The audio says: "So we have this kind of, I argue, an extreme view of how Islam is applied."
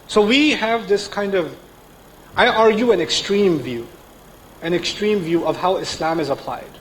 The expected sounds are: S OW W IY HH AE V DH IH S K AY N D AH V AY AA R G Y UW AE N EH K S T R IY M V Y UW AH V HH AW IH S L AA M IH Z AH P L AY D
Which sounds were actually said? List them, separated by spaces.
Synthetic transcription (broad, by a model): S OW W IY HH AE V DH IH S K AY N D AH V AY AA R G Y UW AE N EH K S T R IY M V Y UW AH V HH AW IH S L AA M IH Z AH P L AY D